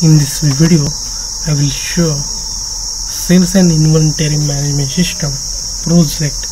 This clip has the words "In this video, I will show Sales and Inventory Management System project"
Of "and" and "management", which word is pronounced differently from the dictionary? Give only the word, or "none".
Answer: management